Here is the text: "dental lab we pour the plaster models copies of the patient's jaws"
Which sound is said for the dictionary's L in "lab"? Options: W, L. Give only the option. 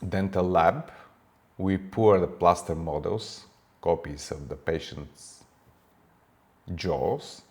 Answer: L